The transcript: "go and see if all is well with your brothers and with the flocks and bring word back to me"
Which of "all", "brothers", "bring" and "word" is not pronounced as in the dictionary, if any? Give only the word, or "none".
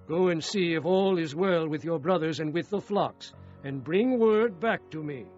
none